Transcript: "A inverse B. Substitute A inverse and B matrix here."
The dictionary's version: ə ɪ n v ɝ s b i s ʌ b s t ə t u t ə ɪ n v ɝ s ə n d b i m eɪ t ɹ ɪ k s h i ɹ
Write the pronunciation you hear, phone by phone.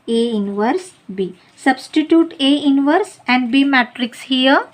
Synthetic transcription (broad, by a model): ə ɪ n v ɝ s b i s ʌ b s t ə t u t ə ɪ n v ɝ s ə n d b i m eɪ t ɹ ɪ k s h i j